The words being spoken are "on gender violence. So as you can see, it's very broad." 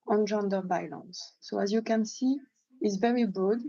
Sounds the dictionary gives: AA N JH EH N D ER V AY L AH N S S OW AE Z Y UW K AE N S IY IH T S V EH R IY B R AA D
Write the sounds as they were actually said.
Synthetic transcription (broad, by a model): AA N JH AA N D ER B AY L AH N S S OW AE Z Y UW K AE N S IY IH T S V EH R IY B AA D